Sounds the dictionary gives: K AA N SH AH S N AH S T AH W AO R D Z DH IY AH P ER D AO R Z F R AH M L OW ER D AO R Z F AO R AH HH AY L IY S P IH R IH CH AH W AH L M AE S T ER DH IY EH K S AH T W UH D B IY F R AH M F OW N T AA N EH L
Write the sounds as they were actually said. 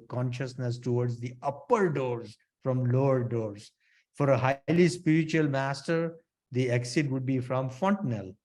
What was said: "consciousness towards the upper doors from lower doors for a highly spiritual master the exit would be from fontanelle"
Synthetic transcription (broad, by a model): K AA N SH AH S N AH S T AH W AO R D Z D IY AH P ER D AO R Z F R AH M L OW ER D AO R Z F AO R AH HH AY L IY S P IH R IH CH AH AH L M AE S T ER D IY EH K S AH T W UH D B IY F R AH M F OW N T N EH L